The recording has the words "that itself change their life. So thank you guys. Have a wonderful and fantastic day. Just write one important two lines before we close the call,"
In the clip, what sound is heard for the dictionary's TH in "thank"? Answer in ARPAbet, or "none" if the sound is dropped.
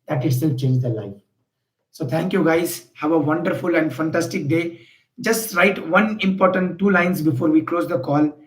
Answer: T